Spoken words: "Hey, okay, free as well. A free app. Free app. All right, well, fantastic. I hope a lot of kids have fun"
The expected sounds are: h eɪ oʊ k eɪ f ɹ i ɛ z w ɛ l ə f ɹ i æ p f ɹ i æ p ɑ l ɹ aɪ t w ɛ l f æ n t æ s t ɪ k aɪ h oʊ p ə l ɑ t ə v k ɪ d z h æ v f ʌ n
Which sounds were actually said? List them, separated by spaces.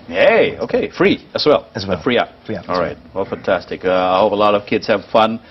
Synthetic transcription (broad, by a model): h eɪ oʊ k eɪ f ɹ i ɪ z w ɛ l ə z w f ɹ i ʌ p ɑ l ɹ aɪ t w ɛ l f æ n t æ s t ɪ k aɪ h oʊ p ə l ɑ t ə v k ɪ d z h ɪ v f ʌ n